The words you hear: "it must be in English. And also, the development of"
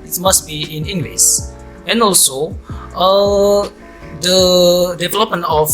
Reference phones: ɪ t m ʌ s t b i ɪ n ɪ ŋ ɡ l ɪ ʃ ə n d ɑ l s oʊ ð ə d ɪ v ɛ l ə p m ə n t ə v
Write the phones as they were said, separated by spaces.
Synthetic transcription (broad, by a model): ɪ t m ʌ s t b i ɪ n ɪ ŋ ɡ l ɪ s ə n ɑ l s oʊ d ə d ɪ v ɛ l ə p m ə n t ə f